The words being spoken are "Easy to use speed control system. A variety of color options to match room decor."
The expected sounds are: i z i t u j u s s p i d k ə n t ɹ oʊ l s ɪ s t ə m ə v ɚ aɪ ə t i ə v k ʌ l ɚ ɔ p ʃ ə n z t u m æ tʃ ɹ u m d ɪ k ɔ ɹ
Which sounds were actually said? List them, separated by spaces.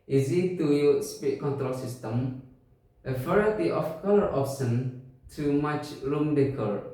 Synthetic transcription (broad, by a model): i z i t u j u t s p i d k ə n t ɹ oʊ l s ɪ s t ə m ə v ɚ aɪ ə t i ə f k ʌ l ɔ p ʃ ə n t u m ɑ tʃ ɹ u m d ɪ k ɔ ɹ